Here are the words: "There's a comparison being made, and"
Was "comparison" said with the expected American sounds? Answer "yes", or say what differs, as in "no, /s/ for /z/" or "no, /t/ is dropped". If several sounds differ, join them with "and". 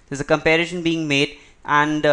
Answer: no, /ʃ/ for /s/